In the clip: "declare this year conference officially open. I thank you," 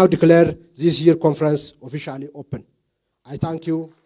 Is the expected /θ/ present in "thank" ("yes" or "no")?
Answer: no